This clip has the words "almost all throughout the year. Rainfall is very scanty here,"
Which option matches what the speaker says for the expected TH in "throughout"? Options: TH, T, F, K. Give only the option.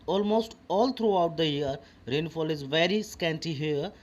T